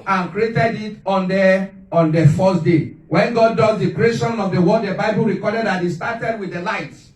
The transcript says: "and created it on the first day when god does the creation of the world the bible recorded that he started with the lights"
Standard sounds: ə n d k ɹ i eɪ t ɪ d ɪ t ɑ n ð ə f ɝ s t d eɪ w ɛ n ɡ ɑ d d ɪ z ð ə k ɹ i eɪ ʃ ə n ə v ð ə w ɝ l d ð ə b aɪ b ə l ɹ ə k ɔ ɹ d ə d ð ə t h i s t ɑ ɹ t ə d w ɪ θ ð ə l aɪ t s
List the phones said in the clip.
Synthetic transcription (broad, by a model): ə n k ɹ i eɪ t ɪ d ɪ t ɑ n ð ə f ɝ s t d eɪ w ɛ n ɡ ɑ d d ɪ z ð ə k ɹ i eɪ ʃ ə n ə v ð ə w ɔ d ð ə b aɪ b ə l ɹ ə k ɔ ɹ d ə d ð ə t h i s t ɑ t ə d w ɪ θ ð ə l aɪ t